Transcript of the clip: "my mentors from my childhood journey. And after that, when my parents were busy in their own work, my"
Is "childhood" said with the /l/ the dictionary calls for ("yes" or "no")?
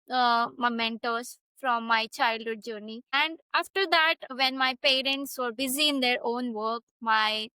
yes